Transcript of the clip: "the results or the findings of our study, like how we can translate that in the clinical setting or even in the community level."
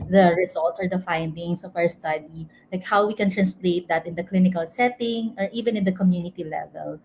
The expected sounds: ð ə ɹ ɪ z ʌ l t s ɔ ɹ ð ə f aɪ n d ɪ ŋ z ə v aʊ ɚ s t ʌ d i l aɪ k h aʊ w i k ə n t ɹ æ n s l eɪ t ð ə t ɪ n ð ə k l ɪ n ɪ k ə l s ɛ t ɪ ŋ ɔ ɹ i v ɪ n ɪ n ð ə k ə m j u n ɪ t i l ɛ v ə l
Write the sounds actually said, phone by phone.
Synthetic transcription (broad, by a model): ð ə ɹ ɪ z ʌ l t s ɔ ɹ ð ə f aɪ n d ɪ ŋ s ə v aʊ ɚ s t ʌ d i l aɪ k h aʊ w i k ə n t ɹ æ n s l eɪ t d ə t ɪ n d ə k l ɪ n ɪ k ə l s ɛ t ɪ ŋ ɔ ɹ i v ɪ n ɪ n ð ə k ə m j u n ɪ t i l ɛ v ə l